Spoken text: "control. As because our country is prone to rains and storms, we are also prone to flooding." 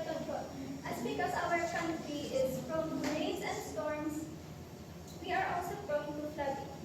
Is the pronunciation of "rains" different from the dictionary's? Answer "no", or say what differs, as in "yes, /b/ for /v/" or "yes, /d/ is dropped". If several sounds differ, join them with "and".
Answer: yes, /n/ is dropped